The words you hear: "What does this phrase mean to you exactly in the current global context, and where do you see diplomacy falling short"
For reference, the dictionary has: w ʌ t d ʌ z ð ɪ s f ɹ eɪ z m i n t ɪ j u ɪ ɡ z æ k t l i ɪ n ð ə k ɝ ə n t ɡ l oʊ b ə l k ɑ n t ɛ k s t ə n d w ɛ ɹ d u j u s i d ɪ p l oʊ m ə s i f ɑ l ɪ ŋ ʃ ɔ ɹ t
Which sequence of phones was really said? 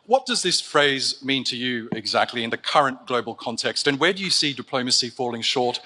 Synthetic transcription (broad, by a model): w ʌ t d ʌ z ð ɪ s f ɹ eɪ z m i n t ɪ j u ɪ ɡ z æ k t l i ɪ n ð ə k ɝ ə n ɡ l oʊ b ə l k ɑ n t ɛ k s t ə n w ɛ ɹ d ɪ j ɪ s i d ɪ p l oʊ m ə s i f ɑ l ɪ ŋ ʃ ɔ ɹ t